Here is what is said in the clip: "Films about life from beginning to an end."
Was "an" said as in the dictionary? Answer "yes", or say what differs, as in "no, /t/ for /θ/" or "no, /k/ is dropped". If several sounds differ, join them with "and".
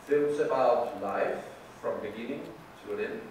no, /l/ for /n/